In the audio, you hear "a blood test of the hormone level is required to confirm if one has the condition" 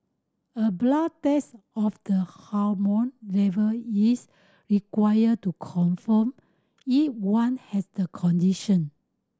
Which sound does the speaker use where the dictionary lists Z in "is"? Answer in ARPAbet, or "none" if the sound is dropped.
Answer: S